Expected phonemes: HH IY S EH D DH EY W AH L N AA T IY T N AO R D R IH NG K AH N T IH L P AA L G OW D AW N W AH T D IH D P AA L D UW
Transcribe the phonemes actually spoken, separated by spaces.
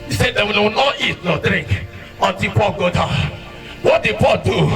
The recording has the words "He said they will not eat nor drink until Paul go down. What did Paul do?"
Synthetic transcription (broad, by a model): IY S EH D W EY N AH W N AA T IY T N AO D R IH NG K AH N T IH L P AA L G OW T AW W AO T D IH D P AA L D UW